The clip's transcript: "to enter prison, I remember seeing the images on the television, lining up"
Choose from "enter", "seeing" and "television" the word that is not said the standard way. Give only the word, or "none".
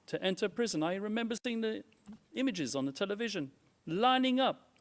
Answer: none